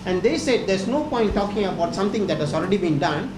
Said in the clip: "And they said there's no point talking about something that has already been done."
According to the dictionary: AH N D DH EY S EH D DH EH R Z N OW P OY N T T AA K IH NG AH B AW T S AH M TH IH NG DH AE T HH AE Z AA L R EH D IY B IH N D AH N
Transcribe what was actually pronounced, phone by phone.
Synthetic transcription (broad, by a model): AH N D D EY S EH D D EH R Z N OW P OY N T T AA K IH NG AH B AW T S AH M T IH NG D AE T HH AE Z AA L R EH D IY B IH N D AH N